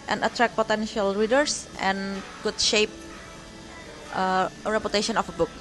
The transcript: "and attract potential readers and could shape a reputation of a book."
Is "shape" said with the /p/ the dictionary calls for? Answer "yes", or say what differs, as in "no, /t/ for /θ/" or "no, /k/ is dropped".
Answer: yes